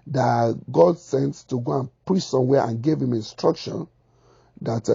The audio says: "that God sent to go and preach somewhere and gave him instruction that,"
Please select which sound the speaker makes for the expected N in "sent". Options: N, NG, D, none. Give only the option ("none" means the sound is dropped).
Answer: N